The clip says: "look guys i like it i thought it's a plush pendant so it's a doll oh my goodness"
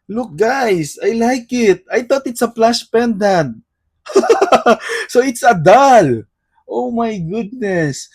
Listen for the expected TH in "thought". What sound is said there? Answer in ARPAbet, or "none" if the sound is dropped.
T